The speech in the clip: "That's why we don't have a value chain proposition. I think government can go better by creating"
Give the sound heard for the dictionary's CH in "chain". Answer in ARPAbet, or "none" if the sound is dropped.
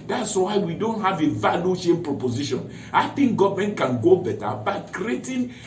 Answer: SH